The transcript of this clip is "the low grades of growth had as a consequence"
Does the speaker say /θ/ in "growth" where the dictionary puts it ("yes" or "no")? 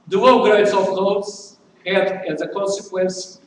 no